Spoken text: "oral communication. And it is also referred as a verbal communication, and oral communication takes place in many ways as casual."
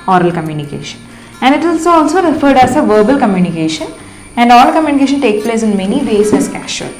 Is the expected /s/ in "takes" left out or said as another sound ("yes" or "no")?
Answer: yes